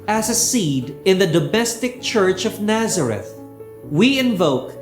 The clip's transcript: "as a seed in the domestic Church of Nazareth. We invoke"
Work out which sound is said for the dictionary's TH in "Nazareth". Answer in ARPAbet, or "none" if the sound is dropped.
TH